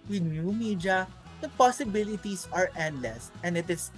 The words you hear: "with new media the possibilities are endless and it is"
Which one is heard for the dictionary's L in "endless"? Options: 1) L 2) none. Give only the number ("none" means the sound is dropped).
1